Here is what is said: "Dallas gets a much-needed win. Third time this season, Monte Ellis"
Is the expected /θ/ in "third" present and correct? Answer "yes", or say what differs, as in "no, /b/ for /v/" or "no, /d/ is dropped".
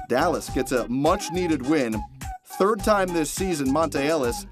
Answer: yes